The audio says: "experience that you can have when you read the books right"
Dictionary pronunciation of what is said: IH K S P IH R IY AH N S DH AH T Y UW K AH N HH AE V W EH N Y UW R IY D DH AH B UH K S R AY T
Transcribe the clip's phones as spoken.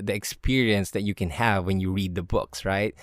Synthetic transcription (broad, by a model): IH K S P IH R IY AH N S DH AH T Y UW K AH N HH AE V W EH N Y UW R IY D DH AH B UH K S R AY T